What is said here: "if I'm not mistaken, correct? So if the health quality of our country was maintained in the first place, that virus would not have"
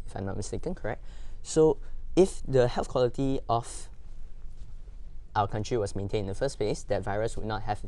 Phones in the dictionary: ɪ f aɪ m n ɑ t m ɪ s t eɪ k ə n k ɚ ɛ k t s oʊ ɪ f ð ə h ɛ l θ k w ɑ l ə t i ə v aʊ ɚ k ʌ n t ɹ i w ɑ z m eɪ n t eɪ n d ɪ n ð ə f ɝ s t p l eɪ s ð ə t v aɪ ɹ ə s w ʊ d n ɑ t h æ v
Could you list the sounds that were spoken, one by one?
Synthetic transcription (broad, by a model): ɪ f aɪ m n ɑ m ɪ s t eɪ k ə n k ɚ ɛ k t s oʊ ɪ f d ə h ɛ l θ k w ɑ l ə t i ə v aʊ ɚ k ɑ n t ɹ i w ɑ s m eɪ n t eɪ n ɪ n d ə f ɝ s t p l eɪ s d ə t v aɪ ɹ ə s w ʊ d n ɑ t h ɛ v